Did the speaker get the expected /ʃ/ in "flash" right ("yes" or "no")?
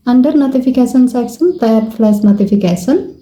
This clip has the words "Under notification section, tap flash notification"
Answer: no